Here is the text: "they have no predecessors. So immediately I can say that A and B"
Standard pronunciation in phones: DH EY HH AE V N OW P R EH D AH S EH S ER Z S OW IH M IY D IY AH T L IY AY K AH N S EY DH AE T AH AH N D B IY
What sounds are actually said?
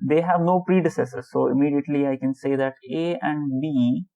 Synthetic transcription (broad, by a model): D EY HH AE V N OW P R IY D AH S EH S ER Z S OW IH M IY D IY AH T L IY AY K AH N S EY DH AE T AH AH N D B IY